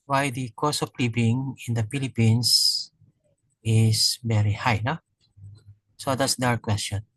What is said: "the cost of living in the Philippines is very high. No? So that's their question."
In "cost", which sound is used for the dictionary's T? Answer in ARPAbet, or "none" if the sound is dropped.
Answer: none